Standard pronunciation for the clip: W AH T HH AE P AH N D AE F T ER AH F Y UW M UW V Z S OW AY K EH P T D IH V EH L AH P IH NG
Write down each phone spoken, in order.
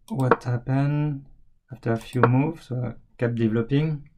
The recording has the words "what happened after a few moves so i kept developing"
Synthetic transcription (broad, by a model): W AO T HH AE P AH N AA F T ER AH F Y UW M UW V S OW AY K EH P D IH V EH L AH P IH NG